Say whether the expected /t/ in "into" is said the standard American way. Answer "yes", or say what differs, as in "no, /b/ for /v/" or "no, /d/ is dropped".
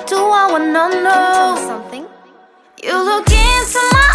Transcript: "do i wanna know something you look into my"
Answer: no, /s/ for /t/